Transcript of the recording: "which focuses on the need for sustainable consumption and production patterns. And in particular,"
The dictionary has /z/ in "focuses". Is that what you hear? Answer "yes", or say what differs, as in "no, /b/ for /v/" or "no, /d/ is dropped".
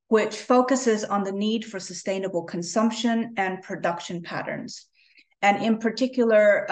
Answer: yes